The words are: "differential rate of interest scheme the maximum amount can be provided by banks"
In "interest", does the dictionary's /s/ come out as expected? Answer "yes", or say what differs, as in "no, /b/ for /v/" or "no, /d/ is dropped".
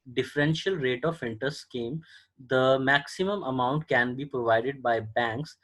no, /s/ is dropped